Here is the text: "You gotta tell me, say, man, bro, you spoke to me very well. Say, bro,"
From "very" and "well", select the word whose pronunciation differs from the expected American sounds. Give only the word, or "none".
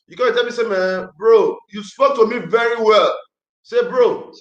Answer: none